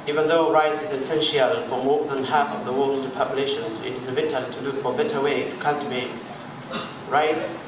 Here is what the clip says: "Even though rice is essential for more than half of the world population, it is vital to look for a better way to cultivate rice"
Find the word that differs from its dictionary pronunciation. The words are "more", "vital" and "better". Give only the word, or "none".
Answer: vital